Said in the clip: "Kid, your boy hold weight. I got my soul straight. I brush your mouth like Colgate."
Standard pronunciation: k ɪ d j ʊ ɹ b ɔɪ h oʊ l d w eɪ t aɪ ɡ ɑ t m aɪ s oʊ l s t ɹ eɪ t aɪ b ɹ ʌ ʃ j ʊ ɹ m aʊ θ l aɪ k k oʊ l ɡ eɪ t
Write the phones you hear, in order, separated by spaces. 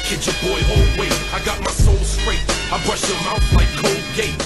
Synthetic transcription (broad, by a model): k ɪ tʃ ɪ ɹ b ɔɪ h oʊ l d w eɪ aɪ ɡ ɑ t m aɪ s oʊ l s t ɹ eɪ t aɪ b ɹ ʌ ʃ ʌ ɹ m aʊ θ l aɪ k k oʊ l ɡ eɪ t